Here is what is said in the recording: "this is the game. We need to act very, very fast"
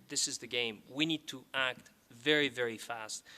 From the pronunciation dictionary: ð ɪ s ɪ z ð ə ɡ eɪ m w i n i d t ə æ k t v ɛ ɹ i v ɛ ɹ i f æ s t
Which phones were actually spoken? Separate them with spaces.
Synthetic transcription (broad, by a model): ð ɪ s ɪ z ð ə ɡ eɪ m w i n i d t ə æ k t v ɛ ɹ i v ɛ ɹ i f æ s t